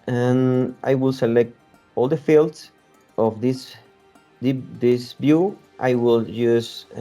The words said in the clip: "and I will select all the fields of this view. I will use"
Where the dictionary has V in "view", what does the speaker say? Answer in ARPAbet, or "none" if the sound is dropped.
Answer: B